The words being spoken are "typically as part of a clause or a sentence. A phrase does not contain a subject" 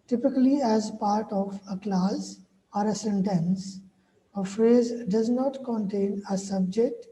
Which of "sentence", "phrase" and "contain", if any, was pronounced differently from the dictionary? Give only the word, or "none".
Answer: none